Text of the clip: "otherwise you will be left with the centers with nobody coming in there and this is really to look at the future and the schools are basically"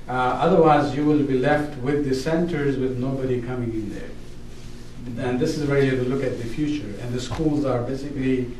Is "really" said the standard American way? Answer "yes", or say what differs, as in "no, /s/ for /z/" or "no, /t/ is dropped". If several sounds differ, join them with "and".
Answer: no, /w/ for /ɹ/